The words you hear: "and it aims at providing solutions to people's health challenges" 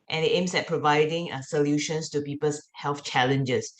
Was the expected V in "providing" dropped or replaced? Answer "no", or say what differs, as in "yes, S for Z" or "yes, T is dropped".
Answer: no